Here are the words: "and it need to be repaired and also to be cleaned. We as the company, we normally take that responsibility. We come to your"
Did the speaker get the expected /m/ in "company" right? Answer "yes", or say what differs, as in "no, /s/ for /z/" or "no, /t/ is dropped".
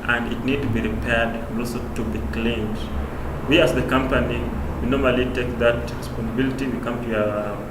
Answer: yes